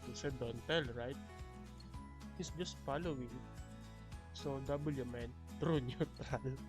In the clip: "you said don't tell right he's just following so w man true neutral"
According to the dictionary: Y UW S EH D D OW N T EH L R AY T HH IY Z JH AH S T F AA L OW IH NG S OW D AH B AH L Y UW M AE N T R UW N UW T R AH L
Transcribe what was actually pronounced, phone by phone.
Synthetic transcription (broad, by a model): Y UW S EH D D OW N T EH L R AY T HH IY S JH AH S T F AA L OW IH NG S OW D AH B AH L Y UW M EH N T R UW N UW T R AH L